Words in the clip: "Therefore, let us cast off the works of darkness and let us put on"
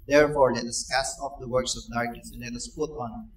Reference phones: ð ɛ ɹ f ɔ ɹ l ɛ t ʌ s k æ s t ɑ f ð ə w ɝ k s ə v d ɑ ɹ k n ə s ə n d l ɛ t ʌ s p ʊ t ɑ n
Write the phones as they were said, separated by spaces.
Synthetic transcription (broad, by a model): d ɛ ɹ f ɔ ɹ l ɛ t ʌ s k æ s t ɑ f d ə w ɝ k s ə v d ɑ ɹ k ə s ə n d l ɛ t ʌ s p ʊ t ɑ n